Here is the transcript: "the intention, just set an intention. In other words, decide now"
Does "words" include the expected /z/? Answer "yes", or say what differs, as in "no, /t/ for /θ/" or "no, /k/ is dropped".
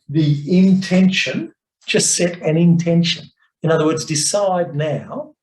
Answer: yes